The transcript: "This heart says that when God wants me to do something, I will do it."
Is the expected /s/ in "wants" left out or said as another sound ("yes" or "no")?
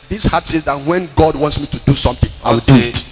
no